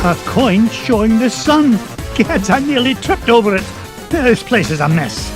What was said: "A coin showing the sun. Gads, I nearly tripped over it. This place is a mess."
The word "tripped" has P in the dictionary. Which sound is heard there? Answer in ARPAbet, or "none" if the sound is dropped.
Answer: P